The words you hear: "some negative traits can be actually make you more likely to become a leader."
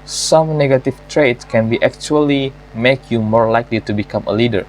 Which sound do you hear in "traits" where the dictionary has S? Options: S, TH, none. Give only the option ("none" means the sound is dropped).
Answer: none